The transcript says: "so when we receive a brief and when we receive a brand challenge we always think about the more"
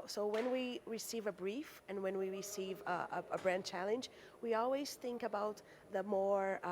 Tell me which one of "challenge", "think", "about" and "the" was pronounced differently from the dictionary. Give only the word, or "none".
none